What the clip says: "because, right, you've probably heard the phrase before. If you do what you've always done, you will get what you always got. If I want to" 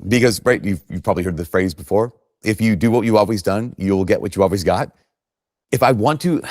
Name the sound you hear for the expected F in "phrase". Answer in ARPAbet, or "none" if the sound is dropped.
F